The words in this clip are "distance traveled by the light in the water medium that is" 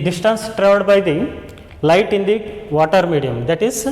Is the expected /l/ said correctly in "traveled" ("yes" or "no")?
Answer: no